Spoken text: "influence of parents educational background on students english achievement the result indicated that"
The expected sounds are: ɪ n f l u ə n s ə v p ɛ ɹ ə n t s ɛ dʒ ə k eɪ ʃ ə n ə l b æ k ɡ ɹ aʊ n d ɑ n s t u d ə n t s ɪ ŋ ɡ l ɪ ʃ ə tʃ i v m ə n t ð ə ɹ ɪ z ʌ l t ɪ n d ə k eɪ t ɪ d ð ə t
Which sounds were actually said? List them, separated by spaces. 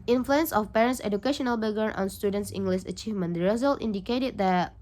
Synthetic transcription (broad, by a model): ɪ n f l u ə n s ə f p ɛ ɹ ə n t s ɛ dʒ ə k eɪ ʃ ə n ə l b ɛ ɡ aʊ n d ɑ n s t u d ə n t s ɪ ŋ ɡ l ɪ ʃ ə tʃ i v m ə n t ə ɹ ɪ z ʌ l t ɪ n d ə k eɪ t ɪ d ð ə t